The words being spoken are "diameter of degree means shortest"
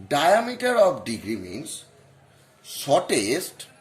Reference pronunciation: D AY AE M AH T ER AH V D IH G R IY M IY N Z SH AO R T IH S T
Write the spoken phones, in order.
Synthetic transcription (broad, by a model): D AY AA M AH T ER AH P D IH G R IY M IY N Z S AO T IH S T